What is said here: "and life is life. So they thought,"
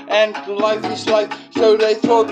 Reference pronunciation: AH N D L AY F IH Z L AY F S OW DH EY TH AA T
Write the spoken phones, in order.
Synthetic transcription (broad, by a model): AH N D L AY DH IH S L AY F S OW DH EY TH AA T